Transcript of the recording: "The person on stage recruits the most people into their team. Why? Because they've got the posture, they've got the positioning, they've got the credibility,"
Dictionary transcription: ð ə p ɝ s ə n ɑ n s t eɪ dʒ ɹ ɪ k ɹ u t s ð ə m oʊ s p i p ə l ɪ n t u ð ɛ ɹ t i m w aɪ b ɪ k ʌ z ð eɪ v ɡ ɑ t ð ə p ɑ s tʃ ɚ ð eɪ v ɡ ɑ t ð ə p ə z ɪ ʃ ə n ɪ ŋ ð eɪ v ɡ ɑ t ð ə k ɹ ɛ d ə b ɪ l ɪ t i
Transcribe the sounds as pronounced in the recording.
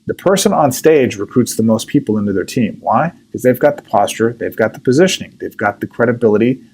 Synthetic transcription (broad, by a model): ð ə p ɝ s ə n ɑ n s t eɪ dʒ ɹ ɪ k ɹ u t s ð ə m oʊ s p i p l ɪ n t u ð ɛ ɹ t i m w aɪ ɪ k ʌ z ð eɪ v ɡ ɑ t ð ə p ɑ s tʃ ɚ ð eɪ v ɡ ɑ t ð ə p ə z ɪ ʃ ə n ɪ ŋ ð eɪ v ɡ ɑ t ð ə k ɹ ɛ d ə b ɪ l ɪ t i